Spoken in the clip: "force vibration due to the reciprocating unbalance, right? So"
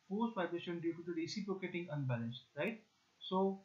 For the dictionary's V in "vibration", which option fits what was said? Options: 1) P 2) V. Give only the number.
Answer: 1